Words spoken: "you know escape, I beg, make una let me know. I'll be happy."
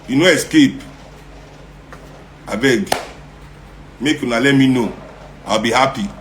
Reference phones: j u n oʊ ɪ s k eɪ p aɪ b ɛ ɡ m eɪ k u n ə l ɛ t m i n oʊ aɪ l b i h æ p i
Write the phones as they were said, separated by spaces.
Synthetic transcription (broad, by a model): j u n oʊ ɪ s k eɪ p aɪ b ɛ ɡ m eɪ k u n ə l ɛ t m i n oʊ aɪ w b i h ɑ p i